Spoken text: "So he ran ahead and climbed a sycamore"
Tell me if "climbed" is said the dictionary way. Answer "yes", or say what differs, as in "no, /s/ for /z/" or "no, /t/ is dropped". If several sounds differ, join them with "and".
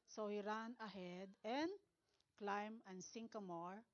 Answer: no, /d/ is dropped